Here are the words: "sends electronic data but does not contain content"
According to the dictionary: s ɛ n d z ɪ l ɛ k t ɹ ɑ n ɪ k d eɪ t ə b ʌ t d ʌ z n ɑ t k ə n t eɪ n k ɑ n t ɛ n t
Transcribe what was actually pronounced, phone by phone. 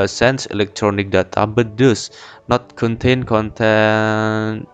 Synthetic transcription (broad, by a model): s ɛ n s ɪ l ɛ k t ɹ ɑ n ɪ k d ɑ t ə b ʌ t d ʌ s n ɑ t k ə n t eɪ n k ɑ n t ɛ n